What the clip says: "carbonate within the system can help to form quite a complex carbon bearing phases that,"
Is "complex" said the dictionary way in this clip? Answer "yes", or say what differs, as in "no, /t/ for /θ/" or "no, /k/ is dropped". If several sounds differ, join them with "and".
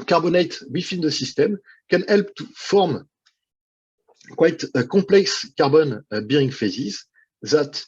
no, /m/ is dropped